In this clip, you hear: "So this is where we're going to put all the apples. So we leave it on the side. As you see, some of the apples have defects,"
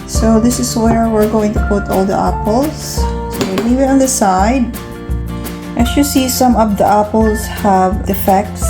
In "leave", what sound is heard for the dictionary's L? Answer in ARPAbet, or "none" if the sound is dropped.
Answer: W